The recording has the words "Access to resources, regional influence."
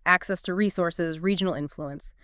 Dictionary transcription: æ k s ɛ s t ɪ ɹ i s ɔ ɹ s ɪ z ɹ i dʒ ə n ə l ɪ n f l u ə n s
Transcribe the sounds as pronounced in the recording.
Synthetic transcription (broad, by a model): æ k s ɛ s t ɪ ɹ i s ɔ ɹ s ɪ z ɹ i dʒ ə n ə l ɪ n f l u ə n s